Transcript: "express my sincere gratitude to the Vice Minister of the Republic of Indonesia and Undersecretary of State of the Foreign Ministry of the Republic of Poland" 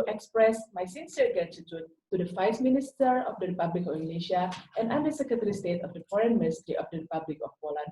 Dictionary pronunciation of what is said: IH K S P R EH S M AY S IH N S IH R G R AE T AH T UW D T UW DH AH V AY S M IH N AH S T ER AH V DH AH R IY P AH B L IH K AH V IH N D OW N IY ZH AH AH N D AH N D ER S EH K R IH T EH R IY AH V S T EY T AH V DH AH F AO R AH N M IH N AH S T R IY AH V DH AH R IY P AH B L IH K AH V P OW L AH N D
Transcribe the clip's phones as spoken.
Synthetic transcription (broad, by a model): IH K S P R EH S M AY S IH N S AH R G AA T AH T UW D T UW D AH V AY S M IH N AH S T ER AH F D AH R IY P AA B L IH K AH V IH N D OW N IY SH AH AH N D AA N D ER S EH K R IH T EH R IY S T EY T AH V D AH F AO R AH N M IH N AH S T R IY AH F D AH R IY P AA B L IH K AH F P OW L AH N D